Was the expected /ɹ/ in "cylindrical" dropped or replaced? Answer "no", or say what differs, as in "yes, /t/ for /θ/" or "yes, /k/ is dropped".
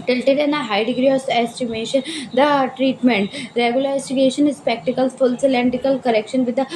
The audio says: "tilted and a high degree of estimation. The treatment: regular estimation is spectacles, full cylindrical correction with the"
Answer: yes, /ɹ/ is dropped